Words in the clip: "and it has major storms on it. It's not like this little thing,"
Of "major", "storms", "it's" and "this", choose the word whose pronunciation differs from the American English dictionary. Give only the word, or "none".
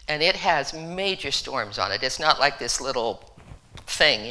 none